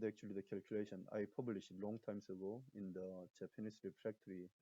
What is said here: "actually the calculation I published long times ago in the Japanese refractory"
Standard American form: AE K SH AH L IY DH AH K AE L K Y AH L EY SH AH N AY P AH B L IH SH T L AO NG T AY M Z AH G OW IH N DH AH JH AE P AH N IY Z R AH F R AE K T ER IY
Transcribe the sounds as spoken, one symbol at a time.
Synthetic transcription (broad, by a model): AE K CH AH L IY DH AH K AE L K Y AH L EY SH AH N AY P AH B L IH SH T L AO NG T AY M S AH G OW IH N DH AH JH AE P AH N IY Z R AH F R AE K T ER IY